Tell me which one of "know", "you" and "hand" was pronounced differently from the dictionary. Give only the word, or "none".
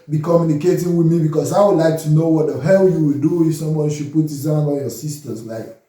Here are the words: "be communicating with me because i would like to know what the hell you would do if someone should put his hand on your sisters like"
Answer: hand